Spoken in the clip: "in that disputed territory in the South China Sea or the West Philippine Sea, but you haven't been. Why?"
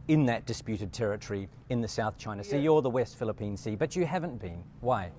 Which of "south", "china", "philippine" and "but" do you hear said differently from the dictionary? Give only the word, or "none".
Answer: none